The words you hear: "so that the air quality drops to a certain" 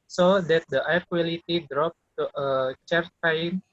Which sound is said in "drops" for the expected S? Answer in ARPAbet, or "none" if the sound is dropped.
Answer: none